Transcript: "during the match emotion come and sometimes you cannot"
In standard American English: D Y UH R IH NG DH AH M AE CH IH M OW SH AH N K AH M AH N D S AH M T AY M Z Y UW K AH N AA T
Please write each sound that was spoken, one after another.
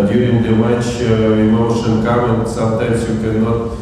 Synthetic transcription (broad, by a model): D Y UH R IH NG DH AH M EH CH IH M OW SH AH N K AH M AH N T S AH M T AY M S Y UW K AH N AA T